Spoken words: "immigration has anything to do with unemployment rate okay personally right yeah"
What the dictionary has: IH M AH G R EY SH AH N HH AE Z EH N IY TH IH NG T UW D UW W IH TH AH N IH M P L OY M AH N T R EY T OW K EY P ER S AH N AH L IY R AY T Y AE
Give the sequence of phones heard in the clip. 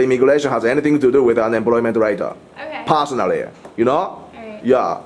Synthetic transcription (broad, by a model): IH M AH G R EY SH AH N HH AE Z EH N IY TH IH NG T UW D UW W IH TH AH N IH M P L OY M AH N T R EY IH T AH P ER S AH N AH L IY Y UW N Y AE